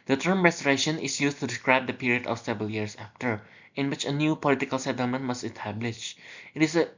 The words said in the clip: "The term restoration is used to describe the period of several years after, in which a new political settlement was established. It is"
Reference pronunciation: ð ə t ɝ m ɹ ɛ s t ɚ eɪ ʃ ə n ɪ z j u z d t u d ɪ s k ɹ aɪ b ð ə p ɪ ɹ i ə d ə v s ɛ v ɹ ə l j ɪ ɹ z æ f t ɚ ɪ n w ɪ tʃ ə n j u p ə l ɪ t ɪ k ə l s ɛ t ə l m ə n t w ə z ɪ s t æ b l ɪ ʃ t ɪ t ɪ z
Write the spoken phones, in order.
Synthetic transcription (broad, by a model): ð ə t ɝ m ɹ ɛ s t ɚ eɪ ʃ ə n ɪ s j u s t u d ɪ s k ɹ aɪ b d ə p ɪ ɹ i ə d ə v s ɛ v ɹ ə l j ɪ ɹ s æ f t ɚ ɪ n w ɪ tʃ ə n j u p ə l ɪ t ɪ k ə l s ɛ t ə l m ə n t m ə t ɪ s t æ b l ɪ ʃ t ɪ t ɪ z